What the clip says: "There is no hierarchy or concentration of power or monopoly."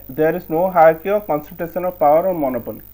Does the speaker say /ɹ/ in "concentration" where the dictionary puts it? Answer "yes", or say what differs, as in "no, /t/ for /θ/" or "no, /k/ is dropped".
no, /ɹ/ is dropped